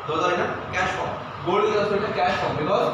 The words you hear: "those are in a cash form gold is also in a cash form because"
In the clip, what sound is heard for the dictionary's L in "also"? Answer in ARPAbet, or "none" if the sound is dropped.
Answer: none